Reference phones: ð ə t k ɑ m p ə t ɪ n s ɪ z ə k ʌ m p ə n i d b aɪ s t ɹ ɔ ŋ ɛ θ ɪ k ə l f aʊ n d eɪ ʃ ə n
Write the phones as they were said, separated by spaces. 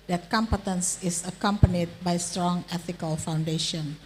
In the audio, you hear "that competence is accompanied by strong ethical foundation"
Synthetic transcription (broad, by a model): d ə t k ɑ m p ə t ɪ n s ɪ s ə k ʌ m p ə n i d b aɪ s t ɹ ɔ ŋ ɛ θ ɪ k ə l f aʊ n d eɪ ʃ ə n